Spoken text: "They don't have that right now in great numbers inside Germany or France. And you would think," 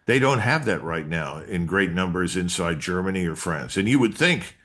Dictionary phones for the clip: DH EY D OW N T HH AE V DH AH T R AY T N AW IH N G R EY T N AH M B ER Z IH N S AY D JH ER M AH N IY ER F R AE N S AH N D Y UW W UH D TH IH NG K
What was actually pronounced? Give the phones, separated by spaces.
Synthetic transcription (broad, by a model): DH EY D OW N T HH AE V DH AH T R AY T N AW IH N G R EY T N AH M B ER Z IH N S AY D JH ER M AH N IY ER F R AE N S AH N Y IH W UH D TH IH NG K